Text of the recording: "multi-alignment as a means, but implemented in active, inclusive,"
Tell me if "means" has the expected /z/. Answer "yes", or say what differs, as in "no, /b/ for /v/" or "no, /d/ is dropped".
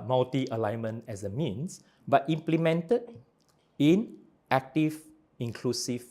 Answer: no, /s/ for /z/